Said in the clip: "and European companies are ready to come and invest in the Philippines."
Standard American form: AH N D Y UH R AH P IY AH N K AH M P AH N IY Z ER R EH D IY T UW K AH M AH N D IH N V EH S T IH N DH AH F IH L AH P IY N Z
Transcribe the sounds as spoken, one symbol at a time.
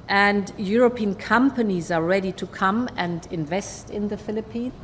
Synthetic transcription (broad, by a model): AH N D Y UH R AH P IY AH N K AH M P AH N IY Z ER R EH D IY T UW K AH M AH N D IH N V EH S T IH N DH AH F IH L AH P IY N